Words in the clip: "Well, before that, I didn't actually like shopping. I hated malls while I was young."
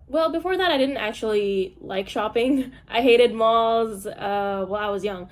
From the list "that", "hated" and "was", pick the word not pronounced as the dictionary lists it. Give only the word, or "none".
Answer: none